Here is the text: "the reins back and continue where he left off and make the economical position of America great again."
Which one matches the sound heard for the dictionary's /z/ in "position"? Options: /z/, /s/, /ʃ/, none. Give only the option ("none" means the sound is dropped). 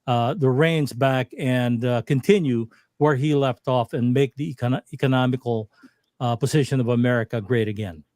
/z/